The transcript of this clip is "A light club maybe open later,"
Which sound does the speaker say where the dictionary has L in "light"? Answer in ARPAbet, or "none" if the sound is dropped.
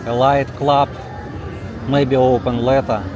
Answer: L